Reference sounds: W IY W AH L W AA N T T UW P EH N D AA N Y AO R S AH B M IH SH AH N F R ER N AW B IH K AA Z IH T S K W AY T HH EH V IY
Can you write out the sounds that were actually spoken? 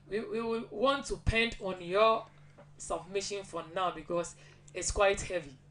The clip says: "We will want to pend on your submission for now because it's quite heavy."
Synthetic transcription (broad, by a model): W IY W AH W W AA N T T UW P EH N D AA N Y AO S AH B M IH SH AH N F R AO N AW B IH K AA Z IH T S K W AY T HH EH V IY